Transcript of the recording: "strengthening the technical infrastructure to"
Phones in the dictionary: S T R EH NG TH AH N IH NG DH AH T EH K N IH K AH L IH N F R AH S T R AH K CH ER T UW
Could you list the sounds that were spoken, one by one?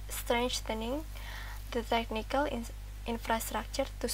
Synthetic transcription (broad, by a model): S T R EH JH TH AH N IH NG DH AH T EH K N IH K AH L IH N F R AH S T R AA K CH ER T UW